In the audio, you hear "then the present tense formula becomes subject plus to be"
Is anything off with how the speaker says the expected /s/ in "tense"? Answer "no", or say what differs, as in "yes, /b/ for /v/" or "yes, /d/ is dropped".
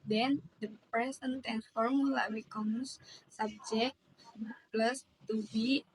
yes, /s/ is dropped